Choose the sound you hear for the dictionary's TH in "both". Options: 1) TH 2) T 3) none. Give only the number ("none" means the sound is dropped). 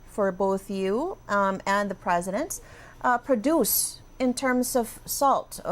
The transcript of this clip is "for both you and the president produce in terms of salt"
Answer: 1